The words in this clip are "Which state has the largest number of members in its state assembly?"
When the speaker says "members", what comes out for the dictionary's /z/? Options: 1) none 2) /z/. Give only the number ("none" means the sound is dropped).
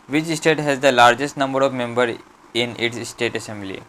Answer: 1